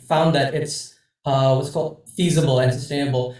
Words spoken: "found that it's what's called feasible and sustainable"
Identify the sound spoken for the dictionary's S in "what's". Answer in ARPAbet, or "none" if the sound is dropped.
S